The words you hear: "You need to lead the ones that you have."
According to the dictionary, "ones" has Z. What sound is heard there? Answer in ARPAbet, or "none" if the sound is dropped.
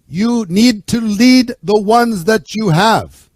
Z